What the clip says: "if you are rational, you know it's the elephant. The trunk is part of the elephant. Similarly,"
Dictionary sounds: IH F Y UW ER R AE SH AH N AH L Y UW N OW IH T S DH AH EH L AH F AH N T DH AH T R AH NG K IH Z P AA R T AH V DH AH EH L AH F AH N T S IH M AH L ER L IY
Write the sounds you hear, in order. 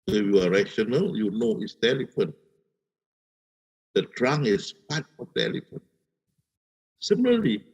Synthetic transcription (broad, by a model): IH Y UW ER R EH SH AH N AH L Y UW N OW IH T S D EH L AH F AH N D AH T R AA NG IH S P AA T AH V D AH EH L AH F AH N S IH M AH L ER L IY